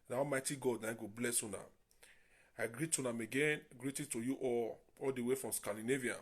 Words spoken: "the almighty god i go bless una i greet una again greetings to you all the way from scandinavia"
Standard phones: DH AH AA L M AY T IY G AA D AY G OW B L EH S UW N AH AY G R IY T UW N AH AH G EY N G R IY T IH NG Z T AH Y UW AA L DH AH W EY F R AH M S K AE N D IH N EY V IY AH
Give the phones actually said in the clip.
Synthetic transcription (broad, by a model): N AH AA M AY T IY G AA D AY G OW B L EH S UW N AH AY G R IY T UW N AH AH G EY N G R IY T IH T AH Y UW AA L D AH W EY F R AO M S K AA N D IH N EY V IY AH